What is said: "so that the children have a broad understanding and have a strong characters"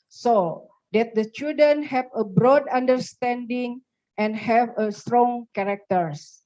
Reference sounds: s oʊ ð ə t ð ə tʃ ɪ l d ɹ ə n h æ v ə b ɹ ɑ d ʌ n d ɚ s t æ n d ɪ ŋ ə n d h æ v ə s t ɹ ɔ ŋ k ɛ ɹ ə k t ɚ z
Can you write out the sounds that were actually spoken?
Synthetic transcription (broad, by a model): s oʊ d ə t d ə tʃ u d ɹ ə n h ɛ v ə b ɹ ɑ d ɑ n d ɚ s t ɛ n d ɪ ŋ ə n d h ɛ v ə s t ɹ ɔ ŋ k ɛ ɹ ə k t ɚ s